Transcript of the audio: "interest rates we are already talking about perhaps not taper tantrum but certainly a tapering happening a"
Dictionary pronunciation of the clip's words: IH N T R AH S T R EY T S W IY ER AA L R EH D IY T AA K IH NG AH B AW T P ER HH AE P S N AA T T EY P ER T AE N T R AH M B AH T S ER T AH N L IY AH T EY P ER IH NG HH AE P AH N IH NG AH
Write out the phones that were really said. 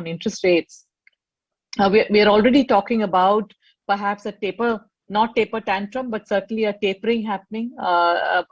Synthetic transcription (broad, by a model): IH N T R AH S T R EY T S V IY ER AA L R EH D IY T AA K IH NG AH B AW T P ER HH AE P S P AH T T EY P ER T AE N T R AH M B AH T S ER T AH N L IY AH T EY P ER IH NG HH AE P AH N IH NG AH